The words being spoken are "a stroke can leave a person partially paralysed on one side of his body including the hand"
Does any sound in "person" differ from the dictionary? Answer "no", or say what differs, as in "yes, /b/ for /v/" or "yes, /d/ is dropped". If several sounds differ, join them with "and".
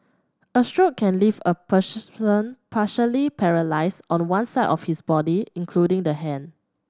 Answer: yes, /s/ is dropped